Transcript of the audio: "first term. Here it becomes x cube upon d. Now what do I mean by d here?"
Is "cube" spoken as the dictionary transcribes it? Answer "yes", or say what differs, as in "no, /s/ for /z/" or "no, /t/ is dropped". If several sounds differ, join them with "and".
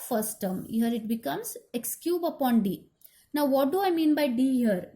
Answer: yes